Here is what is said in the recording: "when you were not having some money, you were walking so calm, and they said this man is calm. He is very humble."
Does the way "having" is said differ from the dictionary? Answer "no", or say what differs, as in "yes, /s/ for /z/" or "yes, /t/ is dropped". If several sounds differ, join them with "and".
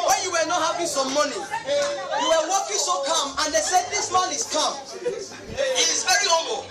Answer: yes, /p/ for /v/